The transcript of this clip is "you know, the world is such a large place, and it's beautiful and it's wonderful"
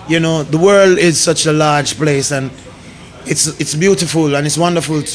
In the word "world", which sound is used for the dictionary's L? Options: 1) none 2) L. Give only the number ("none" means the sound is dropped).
2